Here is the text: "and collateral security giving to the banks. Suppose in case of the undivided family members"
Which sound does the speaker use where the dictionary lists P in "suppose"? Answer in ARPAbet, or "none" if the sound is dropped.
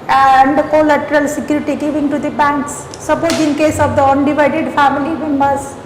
B